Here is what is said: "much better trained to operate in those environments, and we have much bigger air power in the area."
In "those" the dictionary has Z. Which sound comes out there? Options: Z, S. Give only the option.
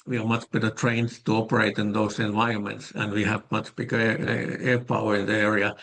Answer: S